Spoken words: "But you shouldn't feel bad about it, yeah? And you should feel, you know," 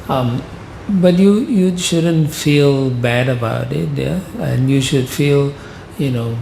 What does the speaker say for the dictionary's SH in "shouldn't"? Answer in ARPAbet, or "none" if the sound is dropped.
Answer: SH